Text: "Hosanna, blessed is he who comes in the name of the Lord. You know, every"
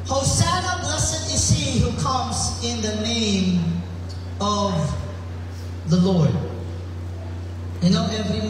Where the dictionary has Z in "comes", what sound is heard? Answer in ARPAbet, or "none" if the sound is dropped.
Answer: Z